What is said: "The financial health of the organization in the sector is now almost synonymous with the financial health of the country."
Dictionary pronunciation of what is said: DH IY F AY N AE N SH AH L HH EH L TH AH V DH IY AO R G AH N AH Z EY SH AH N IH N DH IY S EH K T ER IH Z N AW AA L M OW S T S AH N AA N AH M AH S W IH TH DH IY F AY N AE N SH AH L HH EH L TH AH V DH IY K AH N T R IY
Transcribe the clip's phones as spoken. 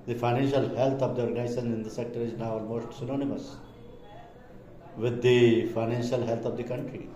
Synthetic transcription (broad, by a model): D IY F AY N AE N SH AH L HH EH L T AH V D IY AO R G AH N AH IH S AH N IH N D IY S EH K T ER IH Z N AW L M OW S T S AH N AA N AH M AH S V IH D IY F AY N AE N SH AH L HH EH L T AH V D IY K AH N T R IY